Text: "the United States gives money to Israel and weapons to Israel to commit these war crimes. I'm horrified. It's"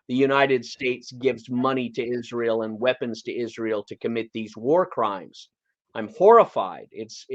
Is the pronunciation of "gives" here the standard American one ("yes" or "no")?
yes